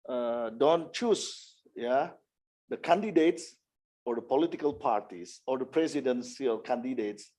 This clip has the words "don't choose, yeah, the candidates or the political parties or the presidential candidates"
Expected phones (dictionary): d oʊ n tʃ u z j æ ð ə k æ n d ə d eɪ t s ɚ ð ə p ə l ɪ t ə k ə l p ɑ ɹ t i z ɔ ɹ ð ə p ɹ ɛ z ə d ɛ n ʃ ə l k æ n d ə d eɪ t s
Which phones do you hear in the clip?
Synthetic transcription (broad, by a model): d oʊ n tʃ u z j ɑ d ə k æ n d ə d eɪ t s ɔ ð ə p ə l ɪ t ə k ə l p ɑ ɹ t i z ɔ ɹ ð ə p ɹ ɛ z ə d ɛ n s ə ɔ k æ n d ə d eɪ t s